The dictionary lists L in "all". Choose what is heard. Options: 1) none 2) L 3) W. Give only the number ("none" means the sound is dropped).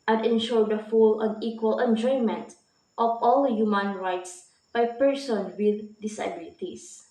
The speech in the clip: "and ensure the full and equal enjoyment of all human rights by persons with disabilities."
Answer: 2